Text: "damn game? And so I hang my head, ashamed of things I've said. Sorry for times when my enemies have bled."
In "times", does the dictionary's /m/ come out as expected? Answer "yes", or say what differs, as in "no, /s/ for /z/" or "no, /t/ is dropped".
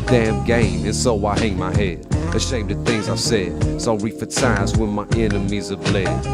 no, /m/ is dropped